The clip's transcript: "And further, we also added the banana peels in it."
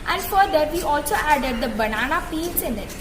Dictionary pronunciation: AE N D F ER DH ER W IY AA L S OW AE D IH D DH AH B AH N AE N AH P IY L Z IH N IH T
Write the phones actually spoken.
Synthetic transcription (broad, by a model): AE N D F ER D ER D IY AA L S OW AE D IH D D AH B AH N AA N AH F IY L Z IH N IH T